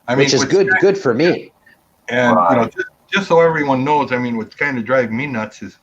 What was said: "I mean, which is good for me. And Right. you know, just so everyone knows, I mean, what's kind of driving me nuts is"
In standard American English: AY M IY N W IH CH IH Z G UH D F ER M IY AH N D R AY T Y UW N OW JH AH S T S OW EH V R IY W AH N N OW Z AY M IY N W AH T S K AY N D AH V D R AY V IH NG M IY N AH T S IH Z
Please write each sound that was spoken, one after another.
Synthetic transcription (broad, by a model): AY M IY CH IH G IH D G UH D F ER M IY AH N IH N OW JH AH S T S OW EH V R IY W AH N N OW Z AY M IY N W AH T S K AY N D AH D R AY IH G M IY N AH T S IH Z